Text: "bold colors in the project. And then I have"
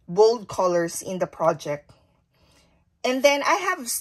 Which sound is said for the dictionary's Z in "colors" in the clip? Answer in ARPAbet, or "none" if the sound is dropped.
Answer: S